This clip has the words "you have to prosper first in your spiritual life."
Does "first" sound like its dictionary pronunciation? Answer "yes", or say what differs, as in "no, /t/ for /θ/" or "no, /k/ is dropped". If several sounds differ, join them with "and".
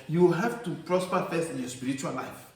no, /t/ is dropped